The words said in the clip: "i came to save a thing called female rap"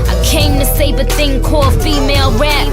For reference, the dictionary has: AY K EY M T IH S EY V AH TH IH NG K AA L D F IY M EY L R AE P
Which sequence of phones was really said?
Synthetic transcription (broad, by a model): AY K EY M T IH S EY B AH TH IH NG K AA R F IY M EY L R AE